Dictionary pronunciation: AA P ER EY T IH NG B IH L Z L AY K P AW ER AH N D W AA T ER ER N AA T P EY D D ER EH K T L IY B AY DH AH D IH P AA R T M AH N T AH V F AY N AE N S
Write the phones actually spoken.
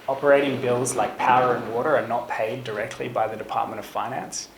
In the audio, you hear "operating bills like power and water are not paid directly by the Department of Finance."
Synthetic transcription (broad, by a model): AA P ER EY T IH NG B IH L Z L AY K P AW ER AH N W AA T ER ER N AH T P EY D D ER EH K T L IY B AY DH AH D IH P AA R T M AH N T AH V F AY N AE N S